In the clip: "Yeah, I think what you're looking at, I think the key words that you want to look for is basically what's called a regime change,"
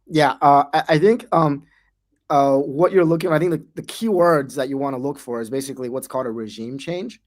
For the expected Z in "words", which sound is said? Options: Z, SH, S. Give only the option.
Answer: Z